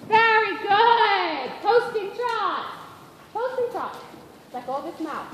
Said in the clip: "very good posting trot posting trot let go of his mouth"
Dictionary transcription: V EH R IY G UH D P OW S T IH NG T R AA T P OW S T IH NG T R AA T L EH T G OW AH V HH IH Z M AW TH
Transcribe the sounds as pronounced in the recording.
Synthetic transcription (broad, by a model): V EH R IY G UH D P OW S T IH NG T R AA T P OW S T IH NG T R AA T L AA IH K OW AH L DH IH S M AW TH